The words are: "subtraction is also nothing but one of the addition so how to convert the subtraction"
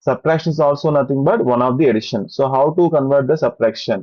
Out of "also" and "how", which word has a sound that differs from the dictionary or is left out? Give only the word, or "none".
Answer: none